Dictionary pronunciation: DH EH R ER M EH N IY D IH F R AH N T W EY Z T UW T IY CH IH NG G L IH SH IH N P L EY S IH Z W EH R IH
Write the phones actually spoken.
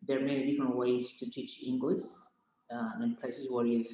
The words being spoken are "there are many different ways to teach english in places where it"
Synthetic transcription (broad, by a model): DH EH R M EH N IY D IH F R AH N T W EY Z T UW T IY CH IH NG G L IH S IH N P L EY S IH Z W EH R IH